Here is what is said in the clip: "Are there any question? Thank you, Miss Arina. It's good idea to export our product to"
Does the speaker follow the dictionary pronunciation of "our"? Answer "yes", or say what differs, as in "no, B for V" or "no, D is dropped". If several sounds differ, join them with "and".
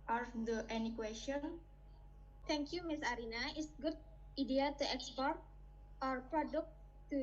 yes